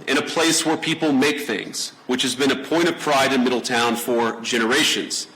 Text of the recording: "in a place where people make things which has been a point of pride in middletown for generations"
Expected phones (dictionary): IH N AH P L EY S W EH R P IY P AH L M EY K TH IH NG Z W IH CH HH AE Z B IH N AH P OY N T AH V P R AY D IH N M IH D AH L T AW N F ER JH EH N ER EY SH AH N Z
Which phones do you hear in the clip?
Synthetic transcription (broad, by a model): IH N AH P L EY S W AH R P IY P L M EY K TH IH NG Z W IH CH HH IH Z B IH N AH P OY T AH V P R AY D IH N M IH D L T AW N F ER JH EH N ER EY SH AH N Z